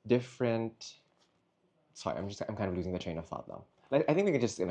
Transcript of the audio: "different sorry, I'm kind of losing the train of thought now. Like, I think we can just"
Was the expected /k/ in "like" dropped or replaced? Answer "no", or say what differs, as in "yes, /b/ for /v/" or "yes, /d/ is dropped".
yes, /k/ is dropped